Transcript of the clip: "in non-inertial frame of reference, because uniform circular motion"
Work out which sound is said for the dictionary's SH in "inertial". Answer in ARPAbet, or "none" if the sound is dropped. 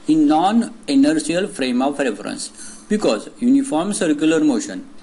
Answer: S